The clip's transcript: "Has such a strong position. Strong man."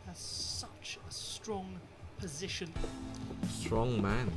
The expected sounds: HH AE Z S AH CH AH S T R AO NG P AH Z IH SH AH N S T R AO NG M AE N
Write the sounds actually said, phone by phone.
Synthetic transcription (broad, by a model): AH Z S AH CH AH S T R AO NG P AH Z IH SH AH N S T R AO NG M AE N